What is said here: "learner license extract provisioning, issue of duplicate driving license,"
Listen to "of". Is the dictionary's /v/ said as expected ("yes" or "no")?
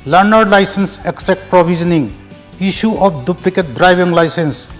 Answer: no